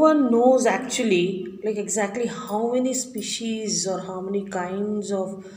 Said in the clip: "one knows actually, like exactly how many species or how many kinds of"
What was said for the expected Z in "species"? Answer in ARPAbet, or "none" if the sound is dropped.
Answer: Z